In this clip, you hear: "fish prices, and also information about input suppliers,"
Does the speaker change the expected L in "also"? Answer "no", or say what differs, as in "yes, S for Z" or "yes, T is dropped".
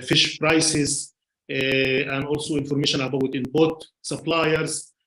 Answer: no